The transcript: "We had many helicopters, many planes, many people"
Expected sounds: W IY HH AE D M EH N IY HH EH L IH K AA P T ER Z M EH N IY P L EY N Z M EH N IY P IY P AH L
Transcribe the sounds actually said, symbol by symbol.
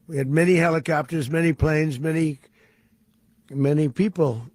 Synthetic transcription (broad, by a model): W IY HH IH D M EH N IY HH EH L IH K AA P T ER Z M EH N IY P L EY N Z M EH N IY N IY P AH L